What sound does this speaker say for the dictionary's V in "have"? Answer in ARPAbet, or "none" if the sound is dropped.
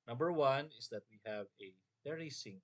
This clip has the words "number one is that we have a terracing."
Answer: V